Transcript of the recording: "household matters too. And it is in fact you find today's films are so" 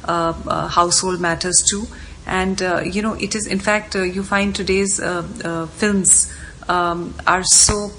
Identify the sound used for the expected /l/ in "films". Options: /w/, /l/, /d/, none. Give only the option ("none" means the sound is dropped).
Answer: /l/